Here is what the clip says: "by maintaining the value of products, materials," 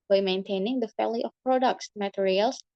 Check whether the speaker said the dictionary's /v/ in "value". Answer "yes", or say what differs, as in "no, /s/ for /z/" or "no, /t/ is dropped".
no, /f/ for /v/